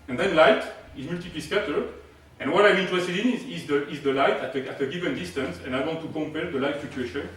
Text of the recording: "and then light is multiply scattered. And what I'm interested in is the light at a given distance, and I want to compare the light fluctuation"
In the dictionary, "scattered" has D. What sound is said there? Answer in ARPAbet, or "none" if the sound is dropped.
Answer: none